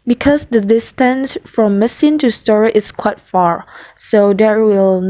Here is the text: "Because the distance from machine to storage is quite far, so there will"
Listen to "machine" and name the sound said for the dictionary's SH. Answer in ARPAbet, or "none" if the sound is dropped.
S